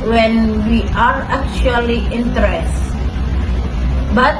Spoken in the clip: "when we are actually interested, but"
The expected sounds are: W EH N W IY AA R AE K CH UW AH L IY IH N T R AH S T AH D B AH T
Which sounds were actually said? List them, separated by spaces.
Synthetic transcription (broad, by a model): W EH N W IY AA R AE K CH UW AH L IY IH N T AH T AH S B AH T